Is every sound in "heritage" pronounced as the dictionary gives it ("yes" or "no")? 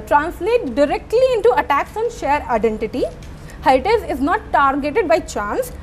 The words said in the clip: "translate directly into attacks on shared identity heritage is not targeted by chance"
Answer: no